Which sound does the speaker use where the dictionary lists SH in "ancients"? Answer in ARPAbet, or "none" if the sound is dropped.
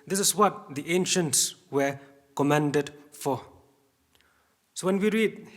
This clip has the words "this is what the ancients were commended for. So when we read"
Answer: SH